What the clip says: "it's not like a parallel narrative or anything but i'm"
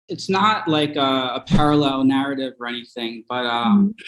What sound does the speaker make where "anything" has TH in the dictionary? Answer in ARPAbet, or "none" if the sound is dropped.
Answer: TH